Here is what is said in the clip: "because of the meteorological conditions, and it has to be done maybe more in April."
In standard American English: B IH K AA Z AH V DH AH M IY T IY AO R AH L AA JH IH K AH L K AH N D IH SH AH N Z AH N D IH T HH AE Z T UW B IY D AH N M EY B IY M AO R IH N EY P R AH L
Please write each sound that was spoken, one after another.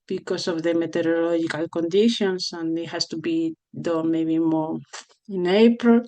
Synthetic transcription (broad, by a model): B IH K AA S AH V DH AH M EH T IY R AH L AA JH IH K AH L K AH N D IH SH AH N S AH N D IH T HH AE S T UW B IY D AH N M EY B IY M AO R IH N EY P R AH L